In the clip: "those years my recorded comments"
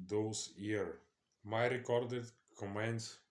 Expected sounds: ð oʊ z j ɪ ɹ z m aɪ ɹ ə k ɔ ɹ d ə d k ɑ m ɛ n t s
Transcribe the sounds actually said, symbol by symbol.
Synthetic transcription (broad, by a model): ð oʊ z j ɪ ɹ m aɪ ɹ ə k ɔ ɹ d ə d k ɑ m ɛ n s